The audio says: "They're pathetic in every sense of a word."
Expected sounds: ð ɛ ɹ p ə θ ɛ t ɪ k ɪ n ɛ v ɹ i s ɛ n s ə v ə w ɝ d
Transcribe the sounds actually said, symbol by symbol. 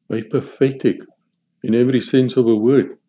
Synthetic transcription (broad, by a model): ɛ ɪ p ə f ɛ t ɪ k ɪ n ɛ v ɹ i s ɛ n s ə v ə w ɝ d